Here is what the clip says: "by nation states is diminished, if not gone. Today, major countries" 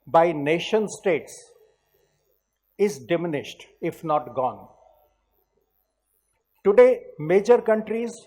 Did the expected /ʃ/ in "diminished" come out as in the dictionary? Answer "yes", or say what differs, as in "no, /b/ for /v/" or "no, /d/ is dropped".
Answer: yes